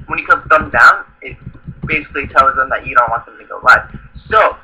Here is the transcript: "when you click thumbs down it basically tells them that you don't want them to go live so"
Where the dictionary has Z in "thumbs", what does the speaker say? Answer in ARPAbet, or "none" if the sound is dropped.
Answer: none